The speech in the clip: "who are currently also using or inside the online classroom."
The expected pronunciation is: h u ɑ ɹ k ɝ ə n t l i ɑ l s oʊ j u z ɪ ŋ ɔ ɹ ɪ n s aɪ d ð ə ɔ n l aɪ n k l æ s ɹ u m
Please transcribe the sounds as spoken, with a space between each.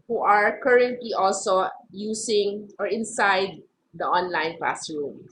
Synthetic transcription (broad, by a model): h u ɑ ɹ k ɝ ə n t l i ɑ l s oʊ j u s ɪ ŋ ɔ ɹ ɪ n s aɪ d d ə ɔ n l aɪ n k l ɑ s ɹ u m